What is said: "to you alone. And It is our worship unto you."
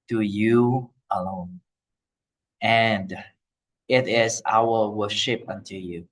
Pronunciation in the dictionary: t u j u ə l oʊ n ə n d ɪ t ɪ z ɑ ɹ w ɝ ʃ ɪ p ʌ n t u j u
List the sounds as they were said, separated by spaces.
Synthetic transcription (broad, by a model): t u j u ə l oʊ n ə n d ɪ t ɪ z ɑ l w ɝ ʃ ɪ p ʌ n t u j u